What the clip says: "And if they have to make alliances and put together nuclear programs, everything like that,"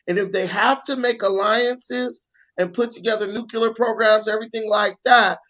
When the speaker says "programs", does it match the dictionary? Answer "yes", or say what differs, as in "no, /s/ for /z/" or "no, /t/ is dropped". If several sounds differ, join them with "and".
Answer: yes